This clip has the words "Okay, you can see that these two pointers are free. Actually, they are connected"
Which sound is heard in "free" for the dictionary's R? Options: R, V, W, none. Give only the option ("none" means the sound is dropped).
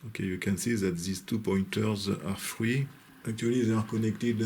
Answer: W